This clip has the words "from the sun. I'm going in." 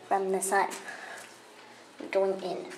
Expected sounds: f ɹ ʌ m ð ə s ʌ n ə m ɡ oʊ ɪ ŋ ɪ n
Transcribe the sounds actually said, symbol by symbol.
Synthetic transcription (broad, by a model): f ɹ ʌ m ð ə s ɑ ə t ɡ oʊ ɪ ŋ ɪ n